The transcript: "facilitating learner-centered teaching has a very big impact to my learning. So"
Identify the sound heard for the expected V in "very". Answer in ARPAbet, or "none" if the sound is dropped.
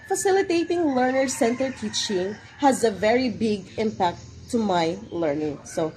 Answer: V